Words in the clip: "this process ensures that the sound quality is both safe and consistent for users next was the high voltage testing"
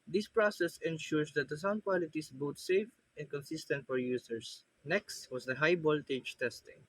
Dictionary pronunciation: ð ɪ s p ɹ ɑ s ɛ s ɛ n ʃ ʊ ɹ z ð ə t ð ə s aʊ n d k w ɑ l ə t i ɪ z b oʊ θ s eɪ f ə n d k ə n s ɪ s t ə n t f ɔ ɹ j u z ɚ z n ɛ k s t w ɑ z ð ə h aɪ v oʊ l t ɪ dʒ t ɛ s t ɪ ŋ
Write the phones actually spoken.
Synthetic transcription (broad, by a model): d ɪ s p ɹ ɑ s ɛ s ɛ n ʃ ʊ ɹ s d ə t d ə s aʊ n d k w ɑ l ə t i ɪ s b oʊ t s eɪ f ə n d k ə n s ɪ s t ə n t f ɔ ɹ j u s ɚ s n ɛ k s t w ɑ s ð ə h aɪ b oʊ l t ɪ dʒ t ɛ s t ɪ ŋ